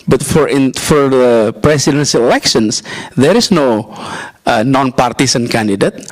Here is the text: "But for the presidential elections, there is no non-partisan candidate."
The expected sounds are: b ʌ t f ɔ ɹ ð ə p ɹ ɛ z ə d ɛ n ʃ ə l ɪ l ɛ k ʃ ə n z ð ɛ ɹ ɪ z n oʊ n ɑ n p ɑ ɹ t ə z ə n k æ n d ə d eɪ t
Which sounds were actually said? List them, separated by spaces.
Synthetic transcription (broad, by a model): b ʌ t f ɔ ɹ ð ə p ɹ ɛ s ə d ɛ n s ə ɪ l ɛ k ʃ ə n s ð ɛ ɹ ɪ s n oʊ n ɑ n p ɑ ɹ t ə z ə n k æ n d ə d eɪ t